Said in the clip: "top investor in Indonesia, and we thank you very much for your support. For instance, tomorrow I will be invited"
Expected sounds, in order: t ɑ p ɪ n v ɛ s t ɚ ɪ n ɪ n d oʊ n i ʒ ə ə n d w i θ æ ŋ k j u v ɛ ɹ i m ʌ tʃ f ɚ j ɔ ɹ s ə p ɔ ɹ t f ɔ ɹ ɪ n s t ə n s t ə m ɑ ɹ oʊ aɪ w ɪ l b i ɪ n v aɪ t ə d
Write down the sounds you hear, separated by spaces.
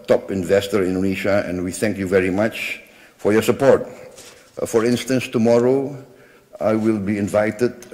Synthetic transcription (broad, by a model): t ɑ p ɪ n v ɛ s t ɚ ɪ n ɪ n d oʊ n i ʃ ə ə n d w i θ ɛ ŋ k j u v ɛ ɹ i m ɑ tʃ f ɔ j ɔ s ə p ɔ ɹ t f ɔ ɹ ɪ n s t ə n s t ə m ɑ ɹ oʊ aɪ w ɪ l b i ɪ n v aɪ t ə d